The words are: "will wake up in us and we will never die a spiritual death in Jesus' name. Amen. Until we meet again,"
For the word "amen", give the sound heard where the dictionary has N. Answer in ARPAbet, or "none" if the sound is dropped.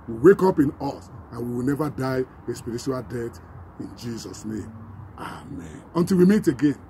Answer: N